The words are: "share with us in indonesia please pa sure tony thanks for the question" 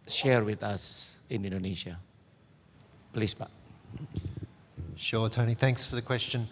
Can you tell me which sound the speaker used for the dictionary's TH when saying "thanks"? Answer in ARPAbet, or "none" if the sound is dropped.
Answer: TH